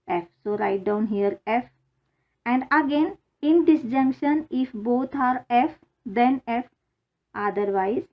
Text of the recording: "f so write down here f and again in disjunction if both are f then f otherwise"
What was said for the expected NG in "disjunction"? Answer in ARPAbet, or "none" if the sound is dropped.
NG